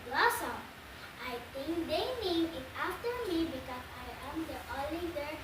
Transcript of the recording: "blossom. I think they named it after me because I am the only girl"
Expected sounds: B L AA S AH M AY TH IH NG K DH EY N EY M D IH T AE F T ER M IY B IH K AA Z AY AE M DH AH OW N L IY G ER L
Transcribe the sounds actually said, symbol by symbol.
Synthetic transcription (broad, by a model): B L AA S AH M AY T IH NG K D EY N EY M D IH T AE F T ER M IY B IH K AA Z AY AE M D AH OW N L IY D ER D